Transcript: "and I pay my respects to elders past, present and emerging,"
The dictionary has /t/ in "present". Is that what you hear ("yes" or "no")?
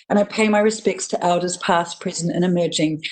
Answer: no